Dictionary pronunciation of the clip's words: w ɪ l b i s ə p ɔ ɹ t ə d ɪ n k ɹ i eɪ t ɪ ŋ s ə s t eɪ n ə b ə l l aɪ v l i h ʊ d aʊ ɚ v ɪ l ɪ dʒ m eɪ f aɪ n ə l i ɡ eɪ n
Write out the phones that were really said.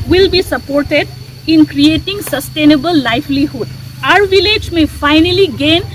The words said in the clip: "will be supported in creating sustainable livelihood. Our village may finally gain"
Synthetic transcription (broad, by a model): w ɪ l b i s ə p ɔ ɹ t ə d ɪ n k ɹ i eɪ t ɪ ŋ s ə s t eɪ n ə b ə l l aɪ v l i h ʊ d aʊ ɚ v ɪ l ɪ dʒ m eɪ f aɪ n ə l i ɡ eɪ n